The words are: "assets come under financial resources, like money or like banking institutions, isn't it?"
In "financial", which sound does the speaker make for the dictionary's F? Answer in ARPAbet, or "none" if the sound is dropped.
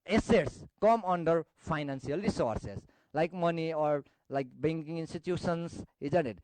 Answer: P